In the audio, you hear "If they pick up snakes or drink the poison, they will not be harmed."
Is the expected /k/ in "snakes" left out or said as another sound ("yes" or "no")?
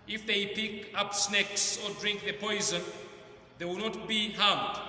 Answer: no